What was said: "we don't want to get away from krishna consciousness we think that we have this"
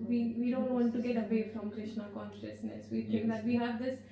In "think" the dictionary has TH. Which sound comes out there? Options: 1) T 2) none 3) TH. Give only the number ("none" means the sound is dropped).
1